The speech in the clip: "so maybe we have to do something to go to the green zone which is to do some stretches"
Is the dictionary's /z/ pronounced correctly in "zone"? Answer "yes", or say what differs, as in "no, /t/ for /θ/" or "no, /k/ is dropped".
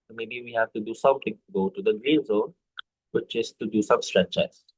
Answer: yes